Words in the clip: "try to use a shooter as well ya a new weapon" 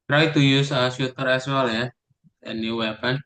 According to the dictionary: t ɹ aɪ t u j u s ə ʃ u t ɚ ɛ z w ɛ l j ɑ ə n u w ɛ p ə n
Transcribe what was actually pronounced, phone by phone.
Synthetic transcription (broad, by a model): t ɹ aɪ t u j u s ə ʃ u t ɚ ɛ s w ɛ l j ɑ ə n u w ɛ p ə n